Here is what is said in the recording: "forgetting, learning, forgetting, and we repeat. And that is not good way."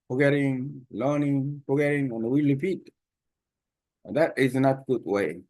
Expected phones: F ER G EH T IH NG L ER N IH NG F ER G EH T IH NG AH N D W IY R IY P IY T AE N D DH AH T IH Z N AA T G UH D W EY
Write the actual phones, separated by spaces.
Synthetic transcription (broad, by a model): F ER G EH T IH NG L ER N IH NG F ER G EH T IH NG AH N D W IY L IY F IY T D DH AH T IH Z N AA T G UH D W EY